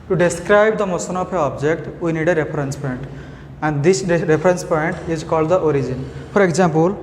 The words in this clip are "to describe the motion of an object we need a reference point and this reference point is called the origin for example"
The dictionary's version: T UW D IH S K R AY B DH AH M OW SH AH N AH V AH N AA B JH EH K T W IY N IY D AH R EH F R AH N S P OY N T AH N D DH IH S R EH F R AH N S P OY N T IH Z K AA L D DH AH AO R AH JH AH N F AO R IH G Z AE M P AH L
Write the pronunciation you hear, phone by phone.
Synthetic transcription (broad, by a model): T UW D IH S K R AY B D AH M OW S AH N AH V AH AA B JH EH K T W IY N IY D AH R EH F R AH N S P OY N T AH N D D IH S R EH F R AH N S P OY N T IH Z K AA L D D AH AO R AH JH AH N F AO R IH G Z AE M P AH L